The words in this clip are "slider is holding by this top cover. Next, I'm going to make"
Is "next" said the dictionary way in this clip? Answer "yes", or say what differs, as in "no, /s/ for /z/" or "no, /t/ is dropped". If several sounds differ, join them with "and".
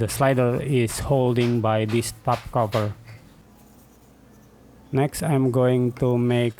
yes